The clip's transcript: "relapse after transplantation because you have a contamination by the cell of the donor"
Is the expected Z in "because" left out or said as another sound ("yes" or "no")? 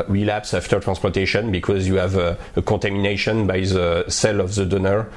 no